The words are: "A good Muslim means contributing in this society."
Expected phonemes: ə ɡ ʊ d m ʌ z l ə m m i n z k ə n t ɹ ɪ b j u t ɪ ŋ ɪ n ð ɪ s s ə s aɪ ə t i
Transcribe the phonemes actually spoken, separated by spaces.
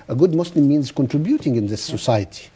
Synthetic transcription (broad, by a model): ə ɡ ʊ d m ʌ s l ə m m i n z k ə n t ɹ ɪ b j u t ɪ ŋ ɪ n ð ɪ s s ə s aɪ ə t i